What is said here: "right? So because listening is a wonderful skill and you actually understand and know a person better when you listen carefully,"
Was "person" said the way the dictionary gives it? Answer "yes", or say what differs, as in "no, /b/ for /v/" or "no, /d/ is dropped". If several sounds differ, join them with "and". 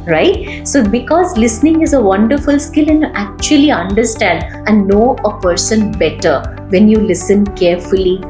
yes